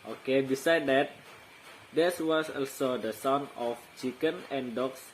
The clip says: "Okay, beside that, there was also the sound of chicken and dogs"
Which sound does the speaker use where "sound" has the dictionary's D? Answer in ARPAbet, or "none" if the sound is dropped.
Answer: none